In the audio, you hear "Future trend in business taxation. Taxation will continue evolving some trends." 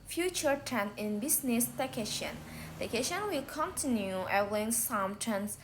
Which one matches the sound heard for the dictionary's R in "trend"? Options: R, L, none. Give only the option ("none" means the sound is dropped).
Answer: none